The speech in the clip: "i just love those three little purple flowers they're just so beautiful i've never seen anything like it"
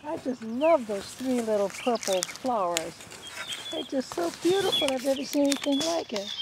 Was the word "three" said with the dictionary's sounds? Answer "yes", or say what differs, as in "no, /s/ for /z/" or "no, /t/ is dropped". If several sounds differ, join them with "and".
yes